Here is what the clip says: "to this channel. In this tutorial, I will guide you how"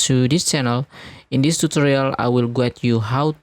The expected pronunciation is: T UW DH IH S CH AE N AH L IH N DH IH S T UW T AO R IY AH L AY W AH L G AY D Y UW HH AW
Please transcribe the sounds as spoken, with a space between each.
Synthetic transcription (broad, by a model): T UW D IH S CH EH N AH L IH N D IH S T UW T AO R IY AH L AY W AH L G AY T Y UW HH AW